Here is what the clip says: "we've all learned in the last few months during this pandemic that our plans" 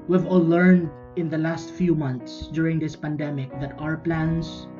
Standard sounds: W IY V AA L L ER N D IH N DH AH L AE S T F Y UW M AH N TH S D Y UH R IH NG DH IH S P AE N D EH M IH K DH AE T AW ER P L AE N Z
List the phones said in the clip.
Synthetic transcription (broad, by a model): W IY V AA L L ER N D IH N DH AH L AE S T F Y UW M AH N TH S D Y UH R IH NG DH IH S P AE N D EH M IH K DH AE T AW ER P L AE N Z